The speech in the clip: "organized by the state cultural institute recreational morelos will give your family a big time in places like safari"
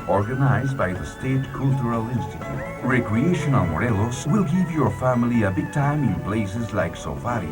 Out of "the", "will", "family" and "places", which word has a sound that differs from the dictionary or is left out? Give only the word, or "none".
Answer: places